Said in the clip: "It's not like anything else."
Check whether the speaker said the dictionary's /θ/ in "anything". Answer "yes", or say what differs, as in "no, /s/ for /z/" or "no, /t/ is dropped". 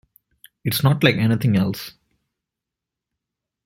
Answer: no, /t/ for /θ/